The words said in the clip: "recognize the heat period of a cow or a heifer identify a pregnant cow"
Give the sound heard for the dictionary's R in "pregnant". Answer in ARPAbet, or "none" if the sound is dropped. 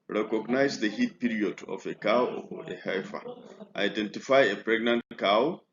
R